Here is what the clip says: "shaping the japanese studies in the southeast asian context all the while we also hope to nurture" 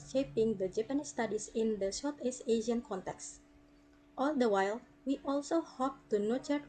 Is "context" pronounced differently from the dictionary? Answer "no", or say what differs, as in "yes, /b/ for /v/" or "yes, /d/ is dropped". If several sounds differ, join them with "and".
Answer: no